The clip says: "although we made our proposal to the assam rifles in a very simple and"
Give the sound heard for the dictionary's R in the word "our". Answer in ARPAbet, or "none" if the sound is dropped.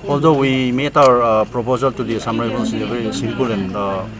R